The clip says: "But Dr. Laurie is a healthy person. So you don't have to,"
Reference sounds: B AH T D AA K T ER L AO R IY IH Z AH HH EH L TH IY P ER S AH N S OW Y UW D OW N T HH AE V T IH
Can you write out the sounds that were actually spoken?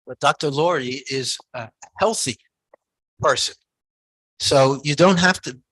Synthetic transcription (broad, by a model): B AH T D AA K T ER L AO R IY IH Z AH HH EH L TH IY P ER S AH N S OW Y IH D OW N T HH AE F T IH